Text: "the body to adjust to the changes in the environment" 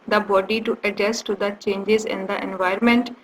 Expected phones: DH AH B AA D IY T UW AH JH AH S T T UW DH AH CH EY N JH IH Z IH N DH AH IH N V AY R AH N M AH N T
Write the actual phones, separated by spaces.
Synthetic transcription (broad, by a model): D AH B AA D IY T UW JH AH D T T UW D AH CH EY N JH IH Z IH N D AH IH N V AY R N M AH N T